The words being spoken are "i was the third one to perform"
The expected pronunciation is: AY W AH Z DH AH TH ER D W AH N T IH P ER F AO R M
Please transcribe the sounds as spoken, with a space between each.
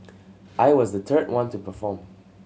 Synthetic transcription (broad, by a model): AY W AH Z DH AH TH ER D W AH N T IH P ER F AO R M